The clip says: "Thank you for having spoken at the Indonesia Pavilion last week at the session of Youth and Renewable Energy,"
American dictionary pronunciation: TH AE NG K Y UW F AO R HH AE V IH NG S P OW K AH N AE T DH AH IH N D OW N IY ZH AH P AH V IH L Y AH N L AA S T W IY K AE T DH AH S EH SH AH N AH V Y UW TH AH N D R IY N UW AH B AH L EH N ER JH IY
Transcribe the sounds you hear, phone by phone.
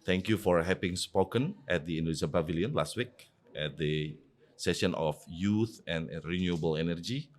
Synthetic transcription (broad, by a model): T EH NG K Y UW F AO R HH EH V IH NG S P OW K AH N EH T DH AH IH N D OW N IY SH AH B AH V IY L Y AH N L AA S T W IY K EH T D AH S EH SH AH N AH F Y UW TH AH N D R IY N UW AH B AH L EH N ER JH IY